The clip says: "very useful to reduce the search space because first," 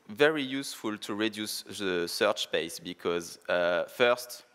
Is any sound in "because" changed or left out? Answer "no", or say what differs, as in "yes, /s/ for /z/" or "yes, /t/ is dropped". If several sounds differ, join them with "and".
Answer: no